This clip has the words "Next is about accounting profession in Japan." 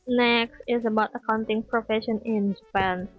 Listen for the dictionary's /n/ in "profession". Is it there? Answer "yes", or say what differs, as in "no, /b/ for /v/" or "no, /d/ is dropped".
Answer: yes